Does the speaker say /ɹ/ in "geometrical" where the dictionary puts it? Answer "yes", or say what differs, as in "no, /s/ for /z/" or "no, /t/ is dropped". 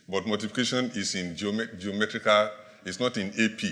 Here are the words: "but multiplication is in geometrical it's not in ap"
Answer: yes